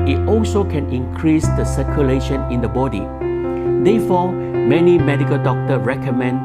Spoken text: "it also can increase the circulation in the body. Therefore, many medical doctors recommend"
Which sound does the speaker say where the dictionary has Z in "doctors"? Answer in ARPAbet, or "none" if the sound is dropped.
none